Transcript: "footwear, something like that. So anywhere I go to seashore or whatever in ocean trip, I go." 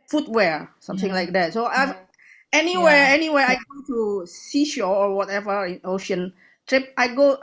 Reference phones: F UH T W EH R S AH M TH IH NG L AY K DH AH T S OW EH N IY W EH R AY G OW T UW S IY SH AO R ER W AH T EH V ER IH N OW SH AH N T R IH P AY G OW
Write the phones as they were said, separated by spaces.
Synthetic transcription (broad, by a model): F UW T W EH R S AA M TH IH NG L AY K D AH T S OW EH N IY W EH W AY G OW T UW S IY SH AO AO W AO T EH V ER IH N OW SH AH N T R IH P AY G OW